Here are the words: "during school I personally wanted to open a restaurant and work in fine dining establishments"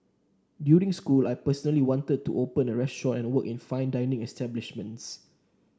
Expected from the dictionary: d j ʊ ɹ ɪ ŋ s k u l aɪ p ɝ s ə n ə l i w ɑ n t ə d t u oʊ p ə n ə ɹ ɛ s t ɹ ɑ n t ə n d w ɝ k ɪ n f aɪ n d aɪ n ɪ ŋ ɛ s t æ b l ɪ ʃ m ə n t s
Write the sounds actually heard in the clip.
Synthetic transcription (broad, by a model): d j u ɹ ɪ ŋ s k u l aɪ p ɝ s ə n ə l i w ɑ n t ə d t u oʊ p ə n ə ɹ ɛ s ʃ ɑ t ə n w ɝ k ɪ n f aɪ n d aɪ n ɪ ŋ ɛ s t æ b l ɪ ʃ m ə n t s